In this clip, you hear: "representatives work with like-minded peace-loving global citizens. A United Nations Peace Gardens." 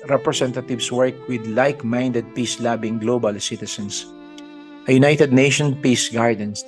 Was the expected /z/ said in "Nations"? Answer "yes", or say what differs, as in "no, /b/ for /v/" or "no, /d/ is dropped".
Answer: no, /z/ is dropped